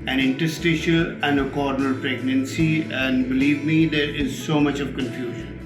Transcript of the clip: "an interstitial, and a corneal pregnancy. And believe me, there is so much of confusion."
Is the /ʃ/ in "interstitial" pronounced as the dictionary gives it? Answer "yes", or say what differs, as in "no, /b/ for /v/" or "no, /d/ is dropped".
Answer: yes